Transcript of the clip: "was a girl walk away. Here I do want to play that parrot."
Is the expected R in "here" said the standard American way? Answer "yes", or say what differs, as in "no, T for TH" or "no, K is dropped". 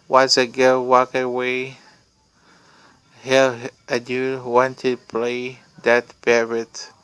no, L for R